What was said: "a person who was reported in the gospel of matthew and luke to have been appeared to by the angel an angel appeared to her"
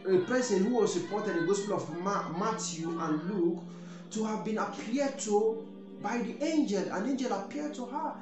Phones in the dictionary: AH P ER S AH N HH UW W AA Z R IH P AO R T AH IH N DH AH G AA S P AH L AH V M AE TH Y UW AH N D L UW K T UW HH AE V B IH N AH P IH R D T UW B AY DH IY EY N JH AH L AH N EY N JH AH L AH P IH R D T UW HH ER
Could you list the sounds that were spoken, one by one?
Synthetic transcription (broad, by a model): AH P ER S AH N HH UW W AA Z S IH P AO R T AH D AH G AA S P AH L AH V M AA T Y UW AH N L UW K T UW HH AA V B IH N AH P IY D T UW B AY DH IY EY N JH AH L AH N EY N JH AH L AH P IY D T UW HH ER